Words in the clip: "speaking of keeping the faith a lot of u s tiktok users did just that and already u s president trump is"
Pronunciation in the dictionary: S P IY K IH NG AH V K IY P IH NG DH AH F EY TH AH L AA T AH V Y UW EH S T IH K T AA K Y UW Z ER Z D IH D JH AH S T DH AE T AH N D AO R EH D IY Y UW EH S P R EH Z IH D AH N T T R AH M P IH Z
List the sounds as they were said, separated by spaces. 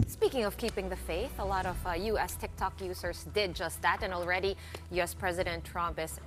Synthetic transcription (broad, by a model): S P IY K IH NG AH V K IY P IH NG DH AH F EY TH AH L AA T AH V Y UW EH S T IH K T AA K Y UW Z ER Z D IH D JH AH S T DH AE T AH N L R EH D IY Y UW EH S P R EH Z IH D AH N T T R AH M P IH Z